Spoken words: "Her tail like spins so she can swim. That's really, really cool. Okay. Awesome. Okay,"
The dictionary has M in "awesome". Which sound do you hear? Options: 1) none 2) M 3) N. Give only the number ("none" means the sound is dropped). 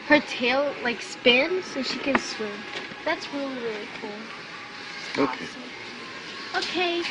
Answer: 1